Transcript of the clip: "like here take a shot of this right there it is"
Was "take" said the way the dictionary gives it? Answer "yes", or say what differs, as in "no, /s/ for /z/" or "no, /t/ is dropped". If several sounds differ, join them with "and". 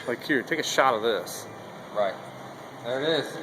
yes